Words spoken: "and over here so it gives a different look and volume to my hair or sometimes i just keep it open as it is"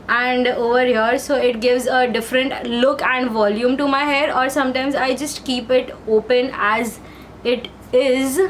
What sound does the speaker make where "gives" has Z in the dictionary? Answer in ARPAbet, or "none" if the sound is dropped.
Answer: Z